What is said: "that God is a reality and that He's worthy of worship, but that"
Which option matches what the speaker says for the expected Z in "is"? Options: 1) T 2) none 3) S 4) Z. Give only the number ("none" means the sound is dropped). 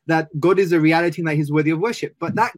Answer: 4